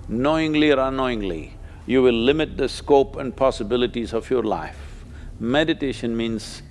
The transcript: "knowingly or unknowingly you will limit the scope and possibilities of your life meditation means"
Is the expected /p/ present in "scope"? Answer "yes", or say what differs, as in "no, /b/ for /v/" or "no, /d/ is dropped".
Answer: yes